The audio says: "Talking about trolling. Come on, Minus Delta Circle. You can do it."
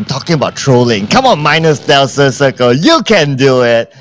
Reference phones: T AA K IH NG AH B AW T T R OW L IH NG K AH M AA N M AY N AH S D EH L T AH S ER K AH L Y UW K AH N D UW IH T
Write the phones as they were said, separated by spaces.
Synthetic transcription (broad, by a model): T AA K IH NG AH B AW T T R OW L IH NG K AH M AA N M AY N AH S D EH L S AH S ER K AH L Y UW K AH N D UW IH T